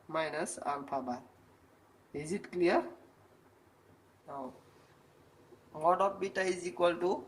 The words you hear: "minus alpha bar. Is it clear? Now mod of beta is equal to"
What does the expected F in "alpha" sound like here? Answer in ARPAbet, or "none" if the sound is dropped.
P